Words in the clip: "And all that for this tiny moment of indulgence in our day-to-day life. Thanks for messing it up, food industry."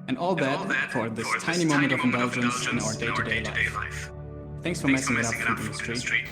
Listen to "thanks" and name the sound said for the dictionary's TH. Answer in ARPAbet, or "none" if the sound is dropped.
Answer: TH